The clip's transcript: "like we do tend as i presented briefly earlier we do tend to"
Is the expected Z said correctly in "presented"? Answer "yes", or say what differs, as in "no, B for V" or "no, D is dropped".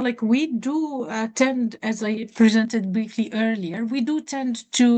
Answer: yes